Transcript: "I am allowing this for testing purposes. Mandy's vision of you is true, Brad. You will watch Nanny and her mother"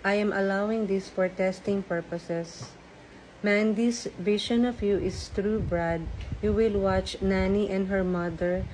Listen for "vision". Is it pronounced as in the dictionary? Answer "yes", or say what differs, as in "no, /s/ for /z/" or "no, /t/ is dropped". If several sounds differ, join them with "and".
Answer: no, /ʃ/ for /ʒ/